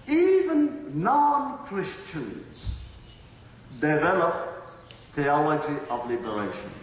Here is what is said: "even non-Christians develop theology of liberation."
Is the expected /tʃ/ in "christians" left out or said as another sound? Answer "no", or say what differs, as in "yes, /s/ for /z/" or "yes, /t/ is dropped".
no